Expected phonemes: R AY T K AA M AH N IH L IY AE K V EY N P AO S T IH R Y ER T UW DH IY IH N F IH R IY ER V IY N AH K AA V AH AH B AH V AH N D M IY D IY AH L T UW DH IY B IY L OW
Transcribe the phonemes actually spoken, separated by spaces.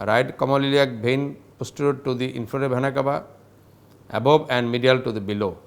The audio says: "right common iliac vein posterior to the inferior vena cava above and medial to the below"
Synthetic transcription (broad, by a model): R AY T K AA M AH L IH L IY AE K B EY N P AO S T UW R T UW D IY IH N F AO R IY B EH N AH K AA B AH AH B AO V AH N D M IY D IY AH L T UW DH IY B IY L OW